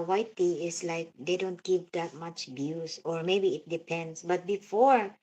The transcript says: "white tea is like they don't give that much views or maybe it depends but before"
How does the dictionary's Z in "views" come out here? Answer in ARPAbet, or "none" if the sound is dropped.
S